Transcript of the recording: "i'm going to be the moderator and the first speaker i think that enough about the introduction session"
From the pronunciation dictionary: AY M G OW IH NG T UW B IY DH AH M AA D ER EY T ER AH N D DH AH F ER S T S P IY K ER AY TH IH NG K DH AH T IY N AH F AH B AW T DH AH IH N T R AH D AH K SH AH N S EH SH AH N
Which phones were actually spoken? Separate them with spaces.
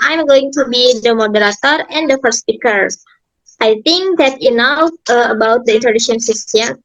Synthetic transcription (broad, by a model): AY M G OW IH NG T UW B IY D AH M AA D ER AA T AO AH N D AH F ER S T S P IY K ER AY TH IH NG K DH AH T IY N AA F AH B AW T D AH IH N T AH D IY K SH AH N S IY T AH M